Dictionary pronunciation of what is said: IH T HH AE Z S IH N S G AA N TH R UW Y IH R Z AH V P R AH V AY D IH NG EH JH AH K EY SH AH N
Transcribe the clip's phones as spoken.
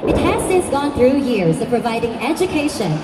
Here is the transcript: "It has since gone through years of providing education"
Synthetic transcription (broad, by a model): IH T HH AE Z S IH N S G AA N TH R UW Y IH R Z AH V P R AH V AY D IH NG EH JH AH K EY SH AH N